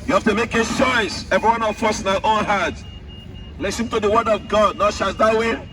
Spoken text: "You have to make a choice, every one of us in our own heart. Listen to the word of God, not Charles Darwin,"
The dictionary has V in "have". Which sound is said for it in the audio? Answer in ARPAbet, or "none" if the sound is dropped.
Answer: F